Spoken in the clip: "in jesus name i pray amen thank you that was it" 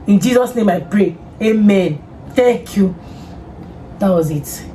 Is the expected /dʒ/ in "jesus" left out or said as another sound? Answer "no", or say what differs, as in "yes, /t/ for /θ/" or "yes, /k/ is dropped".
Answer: no